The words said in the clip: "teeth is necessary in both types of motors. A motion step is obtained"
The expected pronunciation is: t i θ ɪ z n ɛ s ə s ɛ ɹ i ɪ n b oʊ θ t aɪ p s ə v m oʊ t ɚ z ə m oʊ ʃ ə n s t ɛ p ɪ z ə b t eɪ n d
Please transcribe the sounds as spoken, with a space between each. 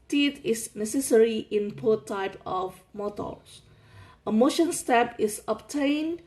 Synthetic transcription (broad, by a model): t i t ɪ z n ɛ s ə s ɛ ɹ i ɪ n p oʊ t aɪ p ə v m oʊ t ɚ s ə m oʊ ʃ ə n s t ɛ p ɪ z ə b t eɪ n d